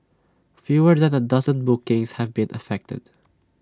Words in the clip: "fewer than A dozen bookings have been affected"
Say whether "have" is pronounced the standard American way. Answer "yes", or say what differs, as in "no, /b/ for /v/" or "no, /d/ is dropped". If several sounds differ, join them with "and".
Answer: yes